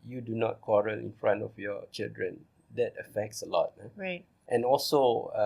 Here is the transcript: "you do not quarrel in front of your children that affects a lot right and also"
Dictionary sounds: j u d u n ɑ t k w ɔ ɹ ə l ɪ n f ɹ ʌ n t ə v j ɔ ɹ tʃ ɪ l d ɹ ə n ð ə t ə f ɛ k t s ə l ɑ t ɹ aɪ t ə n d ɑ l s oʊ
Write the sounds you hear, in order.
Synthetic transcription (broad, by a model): j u d u n ɑ t k w ɔ ɹ ə l ɪ n f ɹ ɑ n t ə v j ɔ tʃ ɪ l d ɹ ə n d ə t ə f ɛ k t s ə l ɑ t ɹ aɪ t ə n ɑ l s oʊ